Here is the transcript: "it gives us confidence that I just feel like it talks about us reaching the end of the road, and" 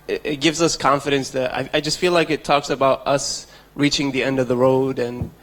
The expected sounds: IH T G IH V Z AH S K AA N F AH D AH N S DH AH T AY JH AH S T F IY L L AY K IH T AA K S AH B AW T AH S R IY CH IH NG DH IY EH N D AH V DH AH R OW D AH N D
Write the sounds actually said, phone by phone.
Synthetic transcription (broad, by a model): IH T G IH V Z AH S K AA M F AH D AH N S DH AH T AY JH AH S T F IY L L AY K IH T AA K S AH B AW T AH S R IY CH IH NG DH IY EH N D AH V DH AH R OW D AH N